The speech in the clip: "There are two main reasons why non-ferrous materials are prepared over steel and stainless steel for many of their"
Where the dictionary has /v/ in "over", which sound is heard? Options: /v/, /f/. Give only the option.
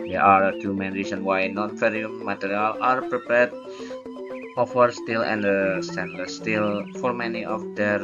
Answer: /f/